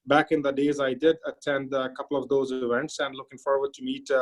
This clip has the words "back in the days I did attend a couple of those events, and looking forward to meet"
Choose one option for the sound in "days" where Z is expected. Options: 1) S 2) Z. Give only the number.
2